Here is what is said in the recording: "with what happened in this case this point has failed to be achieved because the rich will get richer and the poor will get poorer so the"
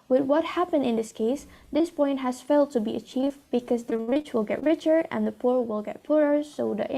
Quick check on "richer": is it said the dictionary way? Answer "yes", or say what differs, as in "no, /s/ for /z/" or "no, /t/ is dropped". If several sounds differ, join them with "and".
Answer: yes